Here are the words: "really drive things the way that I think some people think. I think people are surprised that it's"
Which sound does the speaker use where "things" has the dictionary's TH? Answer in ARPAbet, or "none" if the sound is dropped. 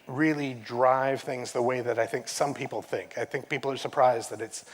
TH